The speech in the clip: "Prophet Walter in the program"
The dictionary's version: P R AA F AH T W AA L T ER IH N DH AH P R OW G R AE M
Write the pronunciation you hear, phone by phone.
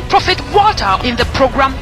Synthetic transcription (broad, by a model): P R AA F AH T W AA T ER IH N DH AH P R OW G R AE M